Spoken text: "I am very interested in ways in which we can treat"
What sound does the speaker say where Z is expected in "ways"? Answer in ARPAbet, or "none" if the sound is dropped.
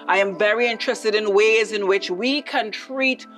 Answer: Z